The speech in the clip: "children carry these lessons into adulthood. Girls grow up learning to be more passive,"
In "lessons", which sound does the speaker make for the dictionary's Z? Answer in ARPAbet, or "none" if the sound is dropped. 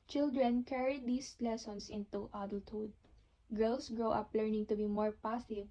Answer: S